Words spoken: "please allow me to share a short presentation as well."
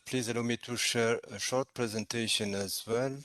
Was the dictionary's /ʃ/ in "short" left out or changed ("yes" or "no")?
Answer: no